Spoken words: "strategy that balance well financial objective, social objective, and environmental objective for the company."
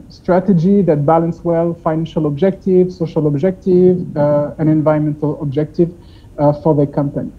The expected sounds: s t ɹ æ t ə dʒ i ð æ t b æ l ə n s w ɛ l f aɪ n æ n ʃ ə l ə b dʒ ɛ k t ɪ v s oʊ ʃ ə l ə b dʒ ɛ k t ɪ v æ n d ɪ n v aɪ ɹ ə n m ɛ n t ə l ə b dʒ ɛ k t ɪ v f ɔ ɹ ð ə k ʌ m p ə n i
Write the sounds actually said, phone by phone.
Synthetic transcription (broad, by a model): s t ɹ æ t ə dʒ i ð æ t b æ l ə n s w ɛ l f aɪ n æ n ʃ ə l ə b dʒ ɛ k t ɪ v s oʊ ʃ ə l ə b dʒ ɛ k t ɪ v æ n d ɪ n v aɪ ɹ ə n m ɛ n t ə l ə b dʒ ɛ k t ɪ v f ɔ ɹ ð ə k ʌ m p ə n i